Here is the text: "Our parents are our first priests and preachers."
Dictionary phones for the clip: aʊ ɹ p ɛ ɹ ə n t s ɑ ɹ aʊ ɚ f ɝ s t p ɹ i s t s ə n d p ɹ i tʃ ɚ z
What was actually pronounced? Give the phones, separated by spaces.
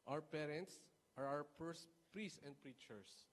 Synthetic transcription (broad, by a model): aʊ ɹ p ɛ ɹ ə n t s ɑ ɹ aʊ ɚ p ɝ s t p ɹ i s s ə n d p ɹ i tʃ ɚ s